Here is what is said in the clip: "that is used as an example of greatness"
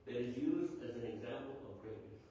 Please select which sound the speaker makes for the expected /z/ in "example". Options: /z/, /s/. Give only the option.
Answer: /z/